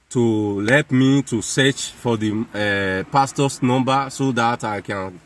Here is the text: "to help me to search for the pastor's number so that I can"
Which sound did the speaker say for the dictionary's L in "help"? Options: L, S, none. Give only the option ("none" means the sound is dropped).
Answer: none